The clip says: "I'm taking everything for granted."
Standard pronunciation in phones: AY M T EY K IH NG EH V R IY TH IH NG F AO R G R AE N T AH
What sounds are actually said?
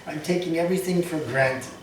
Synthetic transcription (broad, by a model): AY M T EY K IH NG EH V R IY TH IH NG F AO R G R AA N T